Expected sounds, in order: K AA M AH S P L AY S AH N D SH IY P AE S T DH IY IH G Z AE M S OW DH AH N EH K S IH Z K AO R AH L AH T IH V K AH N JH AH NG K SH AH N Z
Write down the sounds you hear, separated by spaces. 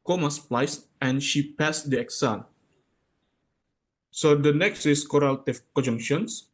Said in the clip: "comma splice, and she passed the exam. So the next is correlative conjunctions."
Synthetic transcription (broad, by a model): K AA M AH S P L AY S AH N SH IY P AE S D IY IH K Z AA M S OW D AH N EH K S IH S K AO R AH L T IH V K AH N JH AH NG K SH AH N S